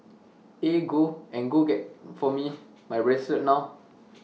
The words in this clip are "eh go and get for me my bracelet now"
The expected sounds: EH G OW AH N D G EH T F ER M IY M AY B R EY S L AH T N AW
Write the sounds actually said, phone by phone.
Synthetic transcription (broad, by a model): EH G OW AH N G G EH T F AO M IY M AY R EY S AH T N AW